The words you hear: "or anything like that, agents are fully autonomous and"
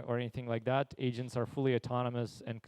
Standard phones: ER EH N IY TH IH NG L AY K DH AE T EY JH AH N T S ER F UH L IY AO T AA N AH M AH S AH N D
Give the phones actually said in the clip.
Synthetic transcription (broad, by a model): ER EH N IY TH IH NG L AY K DH AE T EY JH AH N T S ER F UH L IY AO T AA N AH M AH S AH N